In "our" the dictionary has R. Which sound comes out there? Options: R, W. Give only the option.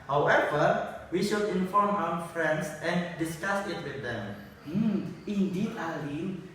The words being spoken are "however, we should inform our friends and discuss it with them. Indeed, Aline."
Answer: W